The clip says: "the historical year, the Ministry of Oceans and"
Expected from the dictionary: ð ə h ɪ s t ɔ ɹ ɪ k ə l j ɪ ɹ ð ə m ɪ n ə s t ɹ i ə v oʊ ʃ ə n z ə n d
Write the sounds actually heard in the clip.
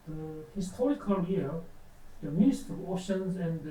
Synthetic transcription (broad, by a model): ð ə h ɪ s t ɔ ɹ ɪ k ə l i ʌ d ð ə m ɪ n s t i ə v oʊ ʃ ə n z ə n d